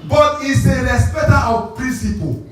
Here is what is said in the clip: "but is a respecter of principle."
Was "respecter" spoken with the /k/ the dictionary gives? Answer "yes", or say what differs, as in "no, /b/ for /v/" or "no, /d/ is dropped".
no, /k/ is dropped